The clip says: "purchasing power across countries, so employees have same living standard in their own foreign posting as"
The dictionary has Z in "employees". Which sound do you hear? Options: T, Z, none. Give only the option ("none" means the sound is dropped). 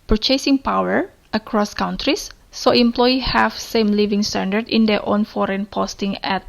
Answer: none